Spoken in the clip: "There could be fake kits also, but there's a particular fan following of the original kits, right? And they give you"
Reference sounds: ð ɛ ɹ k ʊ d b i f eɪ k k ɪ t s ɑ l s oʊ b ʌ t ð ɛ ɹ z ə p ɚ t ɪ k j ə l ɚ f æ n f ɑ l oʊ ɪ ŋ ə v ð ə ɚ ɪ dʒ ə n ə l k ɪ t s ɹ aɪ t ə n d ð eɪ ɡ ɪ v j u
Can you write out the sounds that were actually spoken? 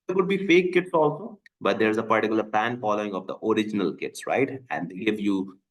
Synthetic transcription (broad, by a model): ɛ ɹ k ʊ d b i f eɪ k k ɪ t s ɑ l s oʊ b ʌ t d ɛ ɹ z ə p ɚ t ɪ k j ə l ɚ p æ n f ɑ l oʊ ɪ ŋ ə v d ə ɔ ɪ dʒ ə n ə l k ɪ t s ɹ aɪ t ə n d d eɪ ɡ ɪ v j u